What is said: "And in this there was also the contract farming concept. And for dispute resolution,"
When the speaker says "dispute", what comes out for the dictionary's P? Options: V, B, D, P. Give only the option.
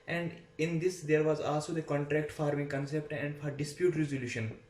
P